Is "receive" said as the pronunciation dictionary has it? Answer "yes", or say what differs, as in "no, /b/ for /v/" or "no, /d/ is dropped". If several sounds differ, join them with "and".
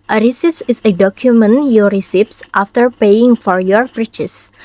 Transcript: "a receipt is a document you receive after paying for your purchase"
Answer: no, /p/ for /v/